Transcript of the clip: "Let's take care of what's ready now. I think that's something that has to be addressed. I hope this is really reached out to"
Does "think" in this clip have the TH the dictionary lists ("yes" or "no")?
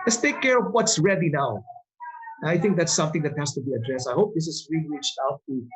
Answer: yes